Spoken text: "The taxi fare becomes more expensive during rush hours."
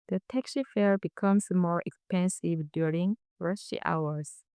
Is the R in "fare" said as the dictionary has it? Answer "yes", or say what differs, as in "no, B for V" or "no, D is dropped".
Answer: yes